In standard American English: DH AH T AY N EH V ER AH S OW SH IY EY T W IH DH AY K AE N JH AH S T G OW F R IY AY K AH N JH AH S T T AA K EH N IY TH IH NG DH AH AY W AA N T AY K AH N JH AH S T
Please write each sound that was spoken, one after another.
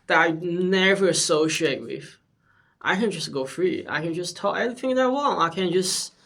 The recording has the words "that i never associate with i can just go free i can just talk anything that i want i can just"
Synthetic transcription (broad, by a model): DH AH T AY N EH V ER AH S OW SH IY EY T W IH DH AY K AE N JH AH S G OW F R IY AY K AH N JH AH S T T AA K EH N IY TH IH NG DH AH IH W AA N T AY K AH N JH AH S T